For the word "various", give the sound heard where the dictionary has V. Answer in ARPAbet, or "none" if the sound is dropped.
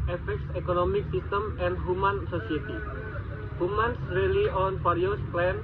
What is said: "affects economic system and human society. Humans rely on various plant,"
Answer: F